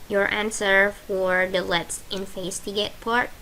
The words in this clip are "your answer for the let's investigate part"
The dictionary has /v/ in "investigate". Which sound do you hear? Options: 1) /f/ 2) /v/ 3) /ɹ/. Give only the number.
1